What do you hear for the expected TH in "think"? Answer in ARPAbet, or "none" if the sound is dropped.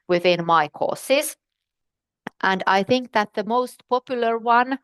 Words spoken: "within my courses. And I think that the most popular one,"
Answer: TH